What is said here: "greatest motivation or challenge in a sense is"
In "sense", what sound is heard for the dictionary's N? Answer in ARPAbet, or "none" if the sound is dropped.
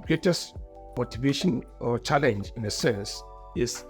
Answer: none